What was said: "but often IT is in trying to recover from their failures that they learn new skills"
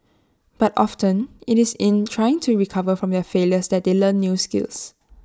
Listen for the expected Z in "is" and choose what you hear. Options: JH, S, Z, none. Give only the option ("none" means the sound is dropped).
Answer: S